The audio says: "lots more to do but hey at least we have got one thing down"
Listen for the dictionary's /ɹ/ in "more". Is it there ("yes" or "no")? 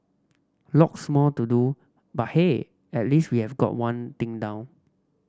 no